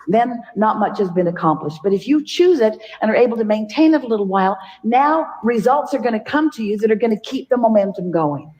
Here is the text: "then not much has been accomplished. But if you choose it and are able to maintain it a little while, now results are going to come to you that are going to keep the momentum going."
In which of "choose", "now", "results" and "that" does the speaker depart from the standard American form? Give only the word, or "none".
none